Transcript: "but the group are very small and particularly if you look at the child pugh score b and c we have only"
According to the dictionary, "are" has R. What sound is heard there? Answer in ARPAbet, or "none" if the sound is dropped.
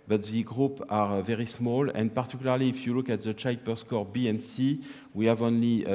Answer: R